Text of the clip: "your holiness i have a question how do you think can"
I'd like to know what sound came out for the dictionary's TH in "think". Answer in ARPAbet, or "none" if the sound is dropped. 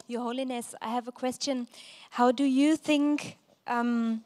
TH